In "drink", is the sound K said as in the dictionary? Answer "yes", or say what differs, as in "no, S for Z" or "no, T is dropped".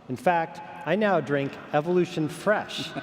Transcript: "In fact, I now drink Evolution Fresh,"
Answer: yes